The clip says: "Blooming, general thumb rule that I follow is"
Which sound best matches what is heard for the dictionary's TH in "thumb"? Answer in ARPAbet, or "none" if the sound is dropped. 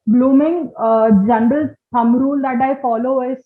S